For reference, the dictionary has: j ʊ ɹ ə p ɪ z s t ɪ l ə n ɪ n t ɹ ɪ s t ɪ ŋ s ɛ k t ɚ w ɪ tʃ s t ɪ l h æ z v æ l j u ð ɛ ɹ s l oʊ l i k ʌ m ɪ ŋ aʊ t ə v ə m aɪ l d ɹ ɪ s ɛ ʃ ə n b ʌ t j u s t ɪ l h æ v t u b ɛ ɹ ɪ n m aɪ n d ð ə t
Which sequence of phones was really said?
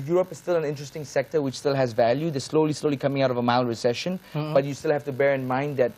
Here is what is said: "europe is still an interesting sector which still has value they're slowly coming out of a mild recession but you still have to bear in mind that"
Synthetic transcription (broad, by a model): j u ɹ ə p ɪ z s t ɪ l ə n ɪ n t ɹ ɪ s t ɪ ŋ s ɛ k t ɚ w ɪ tʃ s t ɪ l h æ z v æ l j u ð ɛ l s l oʊ l i k ʌ m ɪ ŋ aʊ t ə v ə m aɪ l ɹ ɪ s ɛ ʃ ə n b ʌ t j u s t ɪ l h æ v t u b ɛ ɹ ɪ n m aɪ n d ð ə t